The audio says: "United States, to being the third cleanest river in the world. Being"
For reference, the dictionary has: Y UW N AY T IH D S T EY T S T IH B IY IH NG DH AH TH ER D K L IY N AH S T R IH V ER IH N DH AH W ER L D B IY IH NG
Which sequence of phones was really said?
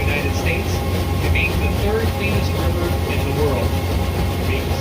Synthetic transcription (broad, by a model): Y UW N AY T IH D S T EY T S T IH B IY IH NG DH AH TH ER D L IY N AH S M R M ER IH N DH AH W ER L D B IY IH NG